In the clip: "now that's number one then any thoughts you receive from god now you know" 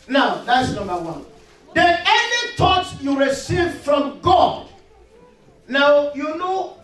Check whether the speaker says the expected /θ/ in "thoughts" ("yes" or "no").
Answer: no